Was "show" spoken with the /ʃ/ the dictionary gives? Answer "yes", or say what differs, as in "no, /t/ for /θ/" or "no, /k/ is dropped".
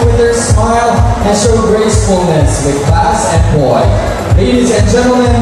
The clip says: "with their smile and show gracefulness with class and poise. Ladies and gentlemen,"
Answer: no, /s/ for /ʃ/